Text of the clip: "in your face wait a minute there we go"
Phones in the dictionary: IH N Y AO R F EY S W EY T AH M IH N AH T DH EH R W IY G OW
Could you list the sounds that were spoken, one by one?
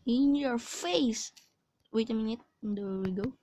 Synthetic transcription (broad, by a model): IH N Y AO R F EY S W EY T AH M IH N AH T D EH W W IY G OW